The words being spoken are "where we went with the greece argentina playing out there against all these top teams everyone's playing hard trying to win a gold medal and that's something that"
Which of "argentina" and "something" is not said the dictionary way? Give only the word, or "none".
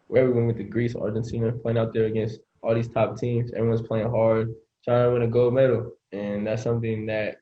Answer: argentina